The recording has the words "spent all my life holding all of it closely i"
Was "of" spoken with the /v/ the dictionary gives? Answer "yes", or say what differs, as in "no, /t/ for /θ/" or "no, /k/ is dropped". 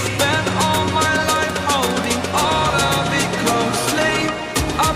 no, /b/ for /v/